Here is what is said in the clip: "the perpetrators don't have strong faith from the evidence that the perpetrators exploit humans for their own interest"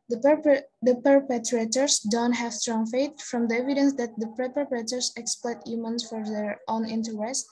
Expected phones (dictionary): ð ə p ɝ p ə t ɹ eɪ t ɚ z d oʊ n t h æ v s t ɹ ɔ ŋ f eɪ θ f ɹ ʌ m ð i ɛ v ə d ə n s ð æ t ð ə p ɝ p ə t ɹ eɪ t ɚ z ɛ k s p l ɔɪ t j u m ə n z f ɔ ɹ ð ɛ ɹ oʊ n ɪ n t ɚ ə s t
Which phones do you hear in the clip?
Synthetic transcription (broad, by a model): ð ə p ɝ p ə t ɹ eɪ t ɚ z d oʊ n t h æ v s t ɹ ɔ ŋ f eɪ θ f ɹ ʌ m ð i ɛ v ə d ə n s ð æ t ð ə p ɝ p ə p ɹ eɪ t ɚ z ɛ k s p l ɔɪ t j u m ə n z f ɔ ɹ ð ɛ ɹ oʊ n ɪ n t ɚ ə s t